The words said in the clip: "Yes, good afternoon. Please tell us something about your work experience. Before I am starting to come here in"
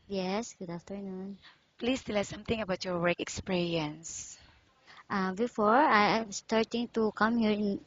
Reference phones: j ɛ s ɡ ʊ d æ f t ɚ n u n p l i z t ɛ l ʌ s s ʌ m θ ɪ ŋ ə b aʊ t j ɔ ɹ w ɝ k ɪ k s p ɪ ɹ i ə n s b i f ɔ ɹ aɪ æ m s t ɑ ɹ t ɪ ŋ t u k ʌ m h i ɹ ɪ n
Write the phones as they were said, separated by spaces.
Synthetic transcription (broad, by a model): j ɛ s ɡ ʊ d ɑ f t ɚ n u n p l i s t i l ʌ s s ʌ m t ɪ ŋ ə b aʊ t j ɔ ɹ w ɝ k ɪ k s p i ɹ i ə n s b i f ɔ ɹ aɪ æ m s t ɑ ɹ t ɪ ŋ t u k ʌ m h i ɹ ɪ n